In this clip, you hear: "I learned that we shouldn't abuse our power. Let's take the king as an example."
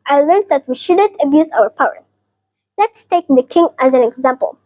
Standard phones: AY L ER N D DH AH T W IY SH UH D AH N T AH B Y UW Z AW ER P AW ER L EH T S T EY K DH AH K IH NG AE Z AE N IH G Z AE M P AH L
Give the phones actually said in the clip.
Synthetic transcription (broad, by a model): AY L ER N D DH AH T W IY SH UH D AH N T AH B Y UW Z AW ER P AW ER L EH T S T EY K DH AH K IH NG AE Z AE N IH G Z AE M P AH L